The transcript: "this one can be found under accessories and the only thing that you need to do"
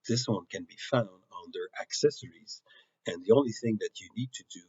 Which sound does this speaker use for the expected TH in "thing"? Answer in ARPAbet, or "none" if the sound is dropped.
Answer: TH